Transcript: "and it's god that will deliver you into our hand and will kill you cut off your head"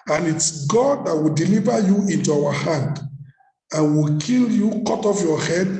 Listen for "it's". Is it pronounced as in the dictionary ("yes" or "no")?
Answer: yes